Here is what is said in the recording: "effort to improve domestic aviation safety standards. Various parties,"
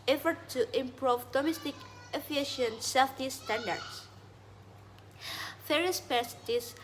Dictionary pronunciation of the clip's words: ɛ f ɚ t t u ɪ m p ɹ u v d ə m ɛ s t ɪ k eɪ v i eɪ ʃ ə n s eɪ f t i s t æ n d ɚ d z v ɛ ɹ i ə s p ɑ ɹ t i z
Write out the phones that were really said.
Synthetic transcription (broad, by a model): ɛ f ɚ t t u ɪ m p ɹ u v d ə m ɛ s t ɪ k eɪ f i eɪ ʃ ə n s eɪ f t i s t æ n d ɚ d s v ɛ ɹ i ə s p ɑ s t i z